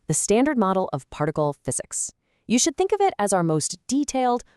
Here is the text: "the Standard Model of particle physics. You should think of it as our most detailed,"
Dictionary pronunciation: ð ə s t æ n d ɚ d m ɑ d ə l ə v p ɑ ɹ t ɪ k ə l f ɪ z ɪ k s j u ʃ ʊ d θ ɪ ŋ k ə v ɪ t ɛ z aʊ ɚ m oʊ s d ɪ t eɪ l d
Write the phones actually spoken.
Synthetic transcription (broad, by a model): ð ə s t æ n d ɚ d m ɑ d l ə v p ɑ ɹ t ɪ k l f ɪ z ɪ k s j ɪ ʃ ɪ d θ ɪ ŋ k ə v ɪ t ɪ z aʊ ɚ m oʊ s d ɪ t eɪ l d